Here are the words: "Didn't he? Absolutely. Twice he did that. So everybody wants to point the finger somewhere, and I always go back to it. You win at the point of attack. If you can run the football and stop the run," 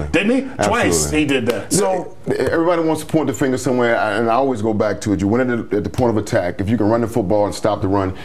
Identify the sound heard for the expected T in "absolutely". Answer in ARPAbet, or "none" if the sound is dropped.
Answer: S